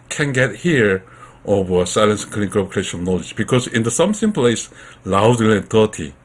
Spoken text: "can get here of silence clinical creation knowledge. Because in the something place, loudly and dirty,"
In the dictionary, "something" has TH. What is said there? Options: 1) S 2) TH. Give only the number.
1